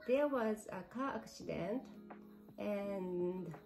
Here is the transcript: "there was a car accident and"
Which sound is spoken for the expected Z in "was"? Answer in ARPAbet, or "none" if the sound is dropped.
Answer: Z